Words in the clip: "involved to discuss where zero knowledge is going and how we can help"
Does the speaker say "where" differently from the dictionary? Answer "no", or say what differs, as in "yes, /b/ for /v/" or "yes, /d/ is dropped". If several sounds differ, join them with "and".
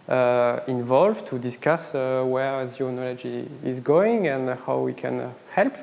no